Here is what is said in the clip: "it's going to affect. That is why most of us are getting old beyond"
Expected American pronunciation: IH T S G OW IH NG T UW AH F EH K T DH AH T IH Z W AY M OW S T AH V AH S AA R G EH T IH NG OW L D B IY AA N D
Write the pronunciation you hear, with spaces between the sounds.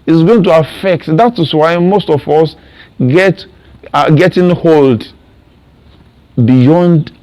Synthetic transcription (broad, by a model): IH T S G OW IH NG T UW AH F EH K T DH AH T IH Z W AY M OW S T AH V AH S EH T G EH T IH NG OW L D B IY AA N D